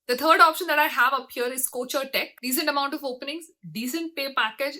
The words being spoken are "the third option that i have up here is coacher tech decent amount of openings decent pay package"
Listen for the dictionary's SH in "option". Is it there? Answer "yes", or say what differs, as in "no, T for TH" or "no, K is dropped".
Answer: yes